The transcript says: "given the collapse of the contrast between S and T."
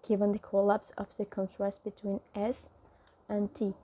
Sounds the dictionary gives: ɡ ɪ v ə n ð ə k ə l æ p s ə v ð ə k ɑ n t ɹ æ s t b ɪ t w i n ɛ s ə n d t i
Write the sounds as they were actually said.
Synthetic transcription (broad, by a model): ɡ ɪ v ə n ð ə k ə l æ p s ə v ð ə k ɑ n t ɹ æ s t b ɪ t w i n ɛ s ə n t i